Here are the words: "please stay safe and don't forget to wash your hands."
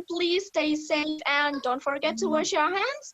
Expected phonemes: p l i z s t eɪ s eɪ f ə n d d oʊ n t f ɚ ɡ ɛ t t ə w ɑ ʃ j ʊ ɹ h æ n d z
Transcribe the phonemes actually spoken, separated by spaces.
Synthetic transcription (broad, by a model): p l i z s t eɪ s eɪ f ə n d d oʊ n t f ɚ ɡ ɛ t t ə w ɑ ʃ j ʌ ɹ h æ n d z